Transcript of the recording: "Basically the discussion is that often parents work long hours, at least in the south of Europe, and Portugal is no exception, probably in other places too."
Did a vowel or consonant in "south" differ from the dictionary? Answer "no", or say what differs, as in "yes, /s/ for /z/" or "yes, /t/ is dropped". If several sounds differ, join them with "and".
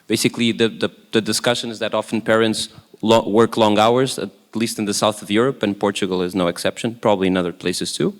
no